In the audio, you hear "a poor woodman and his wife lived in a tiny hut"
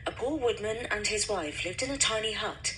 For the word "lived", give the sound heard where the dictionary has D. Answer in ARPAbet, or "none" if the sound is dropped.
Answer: D